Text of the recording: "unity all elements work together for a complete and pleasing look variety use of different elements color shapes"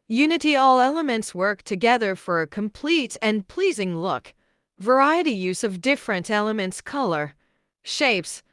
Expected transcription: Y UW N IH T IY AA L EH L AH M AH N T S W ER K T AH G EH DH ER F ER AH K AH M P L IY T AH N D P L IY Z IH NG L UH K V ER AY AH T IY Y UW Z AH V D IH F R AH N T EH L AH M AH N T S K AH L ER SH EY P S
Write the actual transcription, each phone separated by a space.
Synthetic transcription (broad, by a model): Y UW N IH T IY AA L EH L AH M AH N T S W ER K T AH G EH DH ER F ER AH K AH M P L IY T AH N P L IY Z IH NG L UH K V ER AY AH T IY Y UW Z AH V D IH F R AH N T EH L AH M AH N T S K AH L ER SH EY P S